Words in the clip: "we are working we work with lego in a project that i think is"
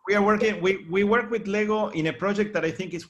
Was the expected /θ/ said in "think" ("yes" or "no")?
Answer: yes